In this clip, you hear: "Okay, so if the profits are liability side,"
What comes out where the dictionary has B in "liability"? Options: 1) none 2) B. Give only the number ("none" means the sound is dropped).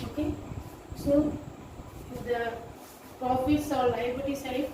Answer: 1